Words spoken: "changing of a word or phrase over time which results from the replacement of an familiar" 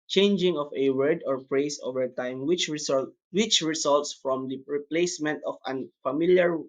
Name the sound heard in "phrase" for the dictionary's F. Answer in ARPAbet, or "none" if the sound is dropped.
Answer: P